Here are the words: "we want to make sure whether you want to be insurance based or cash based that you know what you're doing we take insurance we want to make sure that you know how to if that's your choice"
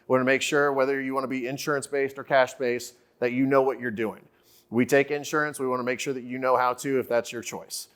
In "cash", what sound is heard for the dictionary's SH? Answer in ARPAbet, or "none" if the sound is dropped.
SH